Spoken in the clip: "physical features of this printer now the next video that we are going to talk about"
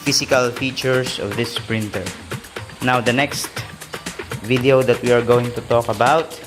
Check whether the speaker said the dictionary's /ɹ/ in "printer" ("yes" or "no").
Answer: yes